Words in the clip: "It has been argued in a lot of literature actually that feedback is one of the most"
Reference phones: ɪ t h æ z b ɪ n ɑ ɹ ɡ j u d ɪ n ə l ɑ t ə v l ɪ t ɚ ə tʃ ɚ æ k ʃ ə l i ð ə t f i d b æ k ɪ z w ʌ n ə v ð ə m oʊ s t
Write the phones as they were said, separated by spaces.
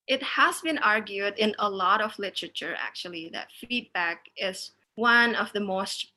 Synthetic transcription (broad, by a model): ɪ t h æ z b ɪ n ɑ ɹ ɡ j u d ɪ n ə l ɑ t ə v l ɪ t ɚ ə tʃ ɚ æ k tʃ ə l i ð ə t f i d b æ k ɪ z w ʌ n ə v ð ə m oʊ s t